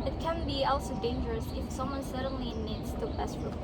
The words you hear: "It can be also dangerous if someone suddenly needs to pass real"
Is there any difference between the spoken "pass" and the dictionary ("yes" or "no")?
yes